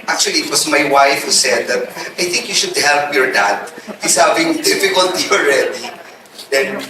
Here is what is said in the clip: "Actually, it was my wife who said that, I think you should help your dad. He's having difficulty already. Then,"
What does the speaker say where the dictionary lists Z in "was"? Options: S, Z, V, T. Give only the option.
S